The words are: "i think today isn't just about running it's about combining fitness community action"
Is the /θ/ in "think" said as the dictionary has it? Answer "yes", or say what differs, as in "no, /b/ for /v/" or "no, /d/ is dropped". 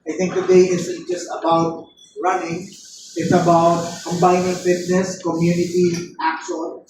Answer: no, /t/ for /θ/